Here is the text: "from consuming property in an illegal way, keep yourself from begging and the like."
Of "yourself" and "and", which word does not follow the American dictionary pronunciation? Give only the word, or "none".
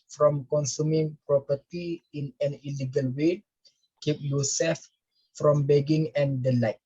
yourself